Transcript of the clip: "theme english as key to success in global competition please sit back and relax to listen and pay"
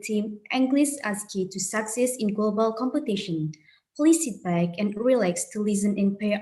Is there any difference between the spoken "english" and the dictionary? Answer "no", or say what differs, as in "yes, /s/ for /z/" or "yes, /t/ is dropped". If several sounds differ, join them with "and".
yes, /s/ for /ʃ/